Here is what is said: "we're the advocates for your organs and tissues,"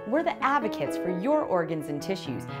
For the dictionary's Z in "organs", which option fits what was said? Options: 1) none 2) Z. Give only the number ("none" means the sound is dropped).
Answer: 2